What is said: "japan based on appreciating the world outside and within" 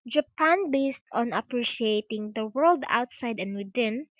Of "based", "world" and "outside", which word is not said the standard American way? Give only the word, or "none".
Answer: none